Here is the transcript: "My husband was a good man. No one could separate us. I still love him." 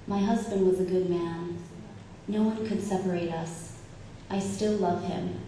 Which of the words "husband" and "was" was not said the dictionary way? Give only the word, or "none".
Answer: none